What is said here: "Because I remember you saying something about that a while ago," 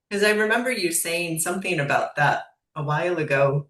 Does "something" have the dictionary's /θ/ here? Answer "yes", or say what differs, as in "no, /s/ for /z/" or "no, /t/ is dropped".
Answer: yes